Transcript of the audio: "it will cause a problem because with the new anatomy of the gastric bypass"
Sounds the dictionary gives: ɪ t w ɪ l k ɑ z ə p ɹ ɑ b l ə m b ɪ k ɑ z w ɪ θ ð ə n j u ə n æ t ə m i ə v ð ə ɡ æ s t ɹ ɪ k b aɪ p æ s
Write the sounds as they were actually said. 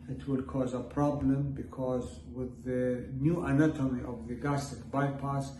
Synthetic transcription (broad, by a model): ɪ t w ɪ l k ɑ z ə p ɹ ɑ b l ə m b ɪ k ɑ z w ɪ ð ə n j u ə n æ t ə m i ə v ð ə ɡ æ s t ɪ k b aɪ p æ s